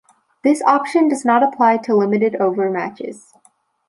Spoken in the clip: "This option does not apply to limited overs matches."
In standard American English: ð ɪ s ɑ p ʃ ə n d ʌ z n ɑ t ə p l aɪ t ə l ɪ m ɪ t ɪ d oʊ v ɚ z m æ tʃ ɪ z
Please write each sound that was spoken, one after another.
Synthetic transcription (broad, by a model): ð ɪ s ɑ p ʃ ə n d ʌ z n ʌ t ə p l aɪ t ə l ɪ m ɪ t ɪ d oʊ v ɚ m æ tʃ ɪ z